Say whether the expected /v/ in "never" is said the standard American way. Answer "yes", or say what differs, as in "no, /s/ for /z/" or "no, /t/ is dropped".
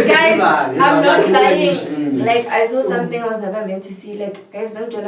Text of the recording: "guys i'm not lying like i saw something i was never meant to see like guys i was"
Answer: no, /p/ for /v/